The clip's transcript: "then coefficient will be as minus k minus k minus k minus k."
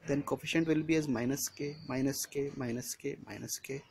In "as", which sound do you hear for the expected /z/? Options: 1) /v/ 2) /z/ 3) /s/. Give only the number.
2